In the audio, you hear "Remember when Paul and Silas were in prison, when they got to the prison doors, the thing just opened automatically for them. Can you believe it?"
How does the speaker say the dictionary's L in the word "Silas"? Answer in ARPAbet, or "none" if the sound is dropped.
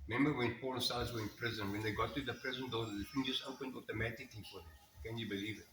none